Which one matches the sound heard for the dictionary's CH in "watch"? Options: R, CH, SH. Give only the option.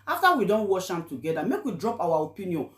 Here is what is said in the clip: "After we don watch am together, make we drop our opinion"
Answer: SH